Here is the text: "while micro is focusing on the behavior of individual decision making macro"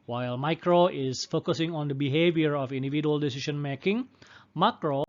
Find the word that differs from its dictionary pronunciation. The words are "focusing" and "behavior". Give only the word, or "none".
none